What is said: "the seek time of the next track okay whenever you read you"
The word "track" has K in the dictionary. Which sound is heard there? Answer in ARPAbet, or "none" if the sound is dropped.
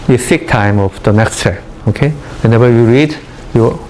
none